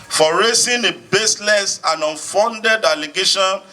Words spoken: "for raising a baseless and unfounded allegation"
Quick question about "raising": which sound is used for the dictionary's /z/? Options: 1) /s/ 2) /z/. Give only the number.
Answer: 1